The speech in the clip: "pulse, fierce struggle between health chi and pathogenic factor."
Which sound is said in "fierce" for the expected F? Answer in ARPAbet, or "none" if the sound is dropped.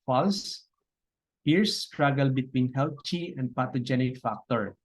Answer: P